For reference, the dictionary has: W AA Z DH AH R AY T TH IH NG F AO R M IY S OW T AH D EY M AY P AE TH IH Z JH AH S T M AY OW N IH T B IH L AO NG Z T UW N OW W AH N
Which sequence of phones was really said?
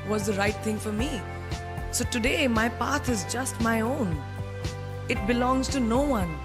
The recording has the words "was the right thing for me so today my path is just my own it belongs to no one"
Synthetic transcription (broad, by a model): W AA Z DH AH R AY T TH IH NG F AO R M IY S OW T AH D EY M AY P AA T IH Z JH AH S T M AY OW N IH T B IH L AO NG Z T UW N OW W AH N